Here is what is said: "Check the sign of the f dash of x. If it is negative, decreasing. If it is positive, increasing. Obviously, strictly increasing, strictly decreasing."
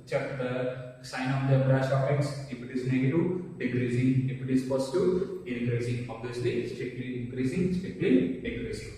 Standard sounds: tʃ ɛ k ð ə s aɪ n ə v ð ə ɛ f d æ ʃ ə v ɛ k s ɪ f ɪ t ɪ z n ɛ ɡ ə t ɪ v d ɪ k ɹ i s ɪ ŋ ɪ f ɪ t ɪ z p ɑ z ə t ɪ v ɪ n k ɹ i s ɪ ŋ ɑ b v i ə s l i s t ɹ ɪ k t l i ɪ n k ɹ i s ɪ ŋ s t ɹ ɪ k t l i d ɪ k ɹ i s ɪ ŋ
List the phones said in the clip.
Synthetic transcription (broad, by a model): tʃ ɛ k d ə s aɪ n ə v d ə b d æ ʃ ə f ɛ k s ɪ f ɪ t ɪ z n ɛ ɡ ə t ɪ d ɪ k ɹ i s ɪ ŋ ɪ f ɪ t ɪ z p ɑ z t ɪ ɪ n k ɹ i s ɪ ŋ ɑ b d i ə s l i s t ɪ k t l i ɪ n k ɹ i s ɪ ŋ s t ɪ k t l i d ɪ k ɹ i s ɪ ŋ